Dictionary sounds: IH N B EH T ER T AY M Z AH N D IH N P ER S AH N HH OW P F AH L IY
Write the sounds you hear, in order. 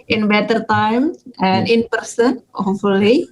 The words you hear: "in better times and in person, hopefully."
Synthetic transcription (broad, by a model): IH N B EH T ER T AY M AH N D IH N P ER S AH N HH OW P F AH L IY